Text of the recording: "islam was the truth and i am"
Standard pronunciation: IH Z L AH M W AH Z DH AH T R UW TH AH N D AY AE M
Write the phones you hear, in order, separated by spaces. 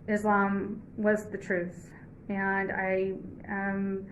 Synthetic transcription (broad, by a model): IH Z L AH M W AH Z DH AH T R UW TH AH N AY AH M